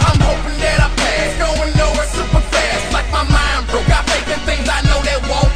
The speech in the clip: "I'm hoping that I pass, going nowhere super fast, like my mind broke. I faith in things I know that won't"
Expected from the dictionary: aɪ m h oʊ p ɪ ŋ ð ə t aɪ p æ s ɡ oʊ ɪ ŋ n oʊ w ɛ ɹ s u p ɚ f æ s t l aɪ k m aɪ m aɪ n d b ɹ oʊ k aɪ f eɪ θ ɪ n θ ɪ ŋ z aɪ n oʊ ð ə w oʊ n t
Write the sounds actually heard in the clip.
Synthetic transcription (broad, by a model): aɪ m h oʊ p ɪ ŋ ð ə t aɪ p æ ɡ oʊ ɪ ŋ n oʊ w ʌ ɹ s u p ɚ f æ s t l aɪ k m aɪ m aɪ n d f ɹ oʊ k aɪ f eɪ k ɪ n θ ɪ ŋ z aɪ n oʊ ð ə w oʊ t